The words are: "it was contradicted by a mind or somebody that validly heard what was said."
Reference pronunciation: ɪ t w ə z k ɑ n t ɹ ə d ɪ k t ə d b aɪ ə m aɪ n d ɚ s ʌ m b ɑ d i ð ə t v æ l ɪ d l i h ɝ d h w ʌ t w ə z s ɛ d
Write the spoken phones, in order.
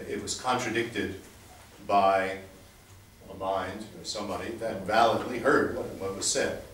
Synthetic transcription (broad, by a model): ɪ t w ə z k ɑ n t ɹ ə d ɪ k t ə d b aɪ ə m aɪ n d ɚ s ʌ m b ɑ d i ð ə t v æ l ɪ d l i h ɝ d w w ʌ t w ə z s ɛ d